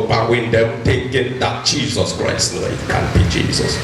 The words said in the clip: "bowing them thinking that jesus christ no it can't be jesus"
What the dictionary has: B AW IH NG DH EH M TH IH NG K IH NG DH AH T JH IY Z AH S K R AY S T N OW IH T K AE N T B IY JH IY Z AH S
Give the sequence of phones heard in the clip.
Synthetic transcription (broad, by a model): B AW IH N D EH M T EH K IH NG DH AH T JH IY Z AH S K R AY S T N OW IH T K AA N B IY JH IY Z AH S